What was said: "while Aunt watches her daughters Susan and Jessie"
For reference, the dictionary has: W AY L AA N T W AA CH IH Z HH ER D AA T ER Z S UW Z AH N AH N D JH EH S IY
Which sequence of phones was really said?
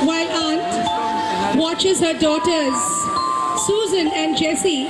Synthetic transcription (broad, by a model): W AY L AA N T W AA CH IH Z HH ER D AA T ER Z S UW Z AH N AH N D JH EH S IY